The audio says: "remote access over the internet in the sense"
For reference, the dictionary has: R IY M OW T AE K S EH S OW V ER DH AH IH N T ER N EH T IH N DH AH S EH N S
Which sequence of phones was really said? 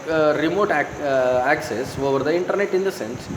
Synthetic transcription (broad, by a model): R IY M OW T AE K S EH S OW V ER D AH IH N T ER N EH T IH N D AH S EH N S